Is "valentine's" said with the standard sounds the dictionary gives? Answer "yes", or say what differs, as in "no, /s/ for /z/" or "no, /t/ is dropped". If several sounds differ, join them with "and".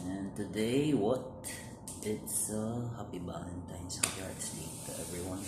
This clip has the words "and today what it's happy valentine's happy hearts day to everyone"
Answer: no, /b/ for /v/